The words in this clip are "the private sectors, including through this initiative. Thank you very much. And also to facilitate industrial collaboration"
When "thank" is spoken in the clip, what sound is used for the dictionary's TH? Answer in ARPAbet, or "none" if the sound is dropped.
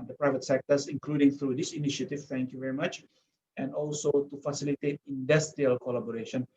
T